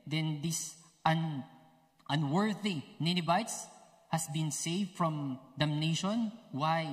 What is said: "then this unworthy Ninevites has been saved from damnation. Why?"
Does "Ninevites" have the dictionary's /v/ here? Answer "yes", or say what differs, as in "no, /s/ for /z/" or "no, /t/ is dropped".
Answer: no, /b/ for /v/